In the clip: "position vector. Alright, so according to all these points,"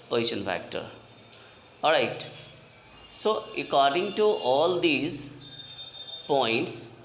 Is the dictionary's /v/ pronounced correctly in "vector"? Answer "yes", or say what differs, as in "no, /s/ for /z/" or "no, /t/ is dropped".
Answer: no, /f/ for /v/